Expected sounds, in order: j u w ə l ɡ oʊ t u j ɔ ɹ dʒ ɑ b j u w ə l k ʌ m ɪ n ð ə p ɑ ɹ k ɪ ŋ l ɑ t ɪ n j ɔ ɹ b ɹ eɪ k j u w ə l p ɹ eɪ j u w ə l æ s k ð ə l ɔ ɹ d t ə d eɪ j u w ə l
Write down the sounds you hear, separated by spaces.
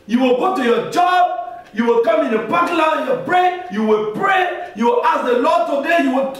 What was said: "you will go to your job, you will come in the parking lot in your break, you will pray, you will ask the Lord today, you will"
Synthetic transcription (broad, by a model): j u w ə l ɡ oʊ t u j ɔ dʒ ɑ b j u w ə l k ʌ m ɪ n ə b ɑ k l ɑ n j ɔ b ɹ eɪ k j u w ə l p ɹ eɪ j u w ə l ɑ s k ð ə l ɔ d t ə d eɪ j u w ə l